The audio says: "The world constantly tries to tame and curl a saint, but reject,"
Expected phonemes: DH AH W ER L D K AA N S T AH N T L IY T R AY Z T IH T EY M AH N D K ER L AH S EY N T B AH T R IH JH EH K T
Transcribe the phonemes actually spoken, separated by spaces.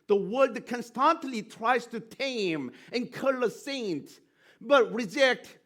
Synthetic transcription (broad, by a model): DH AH W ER D K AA N S T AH N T L IY T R AY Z T IH T EY M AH N K ER L AH S EY N T B AH T R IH JH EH K T